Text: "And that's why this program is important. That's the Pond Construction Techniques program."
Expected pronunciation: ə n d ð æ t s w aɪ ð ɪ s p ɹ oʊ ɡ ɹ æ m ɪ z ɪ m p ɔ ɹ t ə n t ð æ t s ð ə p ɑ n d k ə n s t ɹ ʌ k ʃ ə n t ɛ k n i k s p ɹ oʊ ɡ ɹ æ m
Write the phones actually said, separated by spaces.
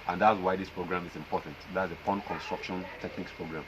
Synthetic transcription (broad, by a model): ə n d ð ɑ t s w aɪ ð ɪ s p ɹ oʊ ɡ ɹ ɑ m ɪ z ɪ m p ɔ t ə n t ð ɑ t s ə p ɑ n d k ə n s t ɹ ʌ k ʃ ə n t ɛ k n i k s p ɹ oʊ ɡ ɹ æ m